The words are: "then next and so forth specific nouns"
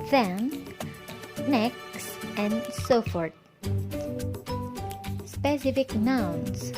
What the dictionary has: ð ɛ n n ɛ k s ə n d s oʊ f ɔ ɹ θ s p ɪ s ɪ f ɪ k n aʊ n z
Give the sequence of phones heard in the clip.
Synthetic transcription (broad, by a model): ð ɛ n n ɛ k s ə n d s oʊ f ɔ ɹ t s p ɪ s ɪ f ɪ k n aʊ n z